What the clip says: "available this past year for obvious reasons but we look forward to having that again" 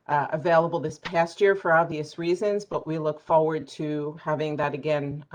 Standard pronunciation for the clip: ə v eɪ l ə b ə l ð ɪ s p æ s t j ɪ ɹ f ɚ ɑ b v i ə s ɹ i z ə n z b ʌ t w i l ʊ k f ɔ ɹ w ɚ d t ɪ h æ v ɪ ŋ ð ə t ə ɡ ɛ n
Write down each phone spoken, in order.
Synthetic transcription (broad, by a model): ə v eɪ l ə b l ð ɪ s p æ s t j ɪ ɹ f ɚ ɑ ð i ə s ɹ i z ə n z b ʌ t w i l ʊ k f ɔ ɹ w ɚ d t ɪ h æ v ɪ ŋ ð ə t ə ɡ ɛ n